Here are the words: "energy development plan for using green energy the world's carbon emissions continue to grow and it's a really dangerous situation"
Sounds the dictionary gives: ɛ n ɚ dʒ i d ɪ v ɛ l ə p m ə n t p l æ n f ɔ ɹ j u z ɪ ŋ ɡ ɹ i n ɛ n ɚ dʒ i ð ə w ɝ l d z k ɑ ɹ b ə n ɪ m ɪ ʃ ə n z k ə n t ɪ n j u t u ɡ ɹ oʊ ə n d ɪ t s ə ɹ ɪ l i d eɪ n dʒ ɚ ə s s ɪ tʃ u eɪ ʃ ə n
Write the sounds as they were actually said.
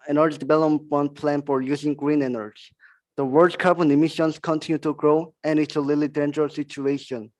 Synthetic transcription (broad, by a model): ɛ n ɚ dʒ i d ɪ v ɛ l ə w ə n p l æ n f ɔ ɹ j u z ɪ ŋ ɡ ɹ i n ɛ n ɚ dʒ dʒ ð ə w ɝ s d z k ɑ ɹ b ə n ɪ m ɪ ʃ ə n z k ə n t ɪ n j u t u ɡ ɹ oʊ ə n ɪ t s ə l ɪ l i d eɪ n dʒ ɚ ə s s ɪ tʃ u eɪ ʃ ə n